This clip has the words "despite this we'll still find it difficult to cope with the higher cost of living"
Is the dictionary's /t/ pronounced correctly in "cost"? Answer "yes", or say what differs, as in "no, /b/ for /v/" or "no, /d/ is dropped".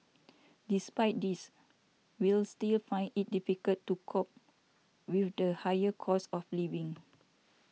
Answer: no, /t/ is dropped